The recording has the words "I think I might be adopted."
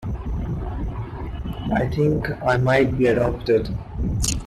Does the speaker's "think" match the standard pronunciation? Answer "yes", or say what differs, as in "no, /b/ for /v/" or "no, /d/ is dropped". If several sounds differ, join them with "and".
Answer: no, /t/ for /θ/